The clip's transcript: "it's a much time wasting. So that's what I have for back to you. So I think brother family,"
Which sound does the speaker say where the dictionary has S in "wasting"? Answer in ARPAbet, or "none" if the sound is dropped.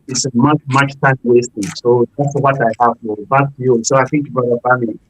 S